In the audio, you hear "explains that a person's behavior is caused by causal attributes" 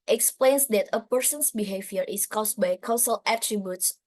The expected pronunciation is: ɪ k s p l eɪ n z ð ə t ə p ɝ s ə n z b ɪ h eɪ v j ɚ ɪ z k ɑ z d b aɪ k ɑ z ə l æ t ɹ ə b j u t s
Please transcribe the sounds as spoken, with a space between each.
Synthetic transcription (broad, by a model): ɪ k s p l eɪ n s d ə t ə p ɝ s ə n s b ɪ h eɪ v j ɚ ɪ s k ɑ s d b aɪ k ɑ s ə l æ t ɹ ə b j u t s